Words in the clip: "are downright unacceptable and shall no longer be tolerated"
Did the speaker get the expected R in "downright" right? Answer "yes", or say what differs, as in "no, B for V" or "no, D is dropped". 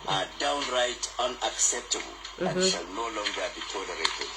yes